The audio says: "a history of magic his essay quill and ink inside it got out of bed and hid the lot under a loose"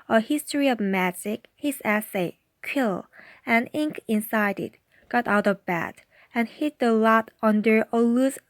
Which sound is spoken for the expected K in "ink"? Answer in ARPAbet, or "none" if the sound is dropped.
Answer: K